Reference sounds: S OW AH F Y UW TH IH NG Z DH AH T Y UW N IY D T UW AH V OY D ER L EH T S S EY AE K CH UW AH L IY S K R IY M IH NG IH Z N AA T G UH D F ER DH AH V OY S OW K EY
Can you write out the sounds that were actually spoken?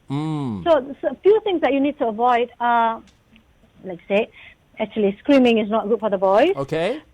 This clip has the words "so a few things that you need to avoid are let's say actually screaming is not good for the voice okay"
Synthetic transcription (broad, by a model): S OW AH F Y UW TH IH NG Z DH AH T Y UW N IY D T UW AH V OY D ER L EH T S S EY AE K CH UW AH L IY S K R IY M IH NG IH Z N AA T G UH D F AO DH AH B OY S OW K EY